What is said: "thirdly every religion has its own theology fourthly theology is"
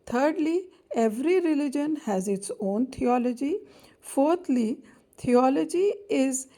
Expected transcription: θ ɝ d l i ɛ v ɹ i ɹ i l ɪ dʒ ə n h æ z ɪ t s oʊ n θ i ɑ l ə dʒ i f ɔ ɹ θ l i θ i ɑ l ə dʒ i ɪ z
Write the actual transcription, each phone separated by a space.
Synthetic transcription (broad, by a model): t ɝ d l i ɛ v ɹ i ɹ i l ɪ dʒ ə n h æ z ɪ t s oʊ n t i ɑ l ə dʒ i f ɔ ɹ t l i t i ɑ l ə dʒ i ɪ z